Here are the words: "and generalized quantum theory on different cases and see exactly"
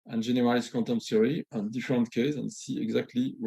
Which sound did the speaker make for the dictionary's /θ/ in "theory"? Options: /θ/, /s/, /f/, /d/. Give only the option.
/s/